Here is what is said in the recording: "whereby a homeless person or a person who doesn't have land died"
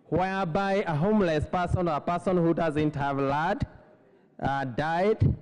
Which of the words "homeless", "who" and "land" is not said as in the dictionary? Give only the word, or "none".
land